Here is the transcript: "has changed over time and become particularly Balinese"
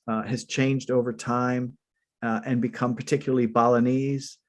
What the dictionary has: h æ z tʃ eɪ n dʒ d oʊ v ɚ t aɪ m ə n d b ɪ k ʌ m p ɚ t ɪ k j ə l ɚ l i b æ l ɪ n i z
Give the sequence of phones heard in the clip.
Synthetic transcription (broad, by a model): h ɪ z tʃ eɪ n dʒ d oʊ v ɚ t aɪ m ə n b ɪ k ʌ m p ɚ t ɪ k j l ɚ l i b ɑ l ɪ n i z